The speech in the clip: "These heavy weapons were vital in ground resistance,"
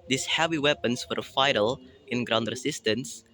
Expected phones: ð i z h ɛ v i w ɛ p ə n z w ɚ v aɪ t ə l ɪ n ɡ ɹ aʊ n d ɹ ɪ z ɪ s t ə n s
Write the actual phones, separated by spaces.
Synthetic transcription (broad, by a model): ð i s h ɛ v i w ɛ p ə n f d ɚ f aɪ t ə l ɪ n ɡ ɹ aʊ n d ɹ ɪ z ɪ s t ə n s